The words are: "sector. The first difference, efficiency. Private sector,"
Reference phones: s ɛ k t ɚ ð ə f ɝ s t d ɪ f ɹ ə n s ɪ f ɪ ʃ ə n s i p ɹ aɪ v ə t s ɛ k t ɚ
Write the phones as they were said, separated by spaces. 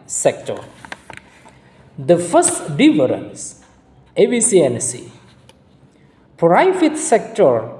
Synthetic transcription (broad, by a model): s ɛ k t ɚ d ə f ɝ s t d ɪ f ɹ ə n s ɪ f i s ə n s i p ɹ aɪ f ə t s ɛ k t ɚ